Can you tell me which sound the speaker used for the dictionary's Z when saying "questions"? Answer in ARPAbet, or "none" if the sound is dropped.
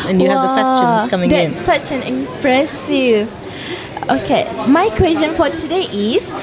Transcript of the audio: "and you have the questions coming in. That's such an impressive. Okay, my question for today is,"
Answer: S